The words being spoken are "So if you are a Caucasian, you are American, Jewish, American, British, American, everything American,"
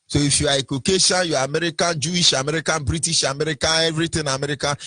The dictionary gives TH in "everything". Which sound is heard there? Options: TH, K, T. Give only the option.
T